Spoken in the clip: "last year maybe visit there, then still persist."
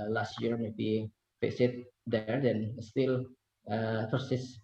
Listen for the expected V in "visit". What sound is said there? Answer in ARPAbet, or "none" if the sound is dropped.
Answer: F